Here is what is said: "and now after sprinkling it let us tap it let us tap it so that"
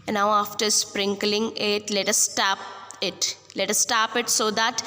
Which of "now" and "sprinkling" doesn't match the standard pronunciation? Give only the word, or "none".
none